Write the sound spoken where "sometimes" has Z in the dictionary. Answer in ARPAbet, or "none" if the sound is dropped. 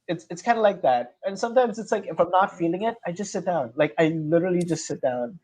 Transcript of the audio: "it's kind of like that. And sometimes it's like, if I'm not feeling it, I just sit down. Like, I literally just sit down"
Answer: Z